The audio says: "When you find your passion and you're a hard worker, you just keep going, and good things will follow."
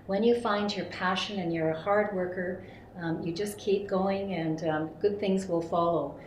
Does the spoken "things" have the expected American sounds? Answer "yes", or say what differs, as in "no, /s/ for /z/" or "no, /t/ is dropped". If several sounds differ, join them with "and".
yes